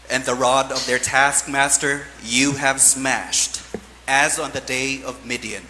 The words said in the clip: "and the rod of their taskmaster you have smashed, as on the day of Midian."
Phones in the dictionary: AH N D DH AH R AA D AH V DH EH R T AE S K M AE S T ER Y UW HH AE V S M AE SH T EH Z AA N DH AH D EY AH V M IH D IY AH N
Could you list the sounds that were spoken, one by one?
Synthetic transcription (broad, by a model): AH N DH AH R AA D AH V DH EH R T AE S K M AE S T ER Y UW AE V S M AE SH T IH Z N DH AH D EY AH V M IH D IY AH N